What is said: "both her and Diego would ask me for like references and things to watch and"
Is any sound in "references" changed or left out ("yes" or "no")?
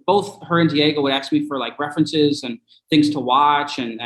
no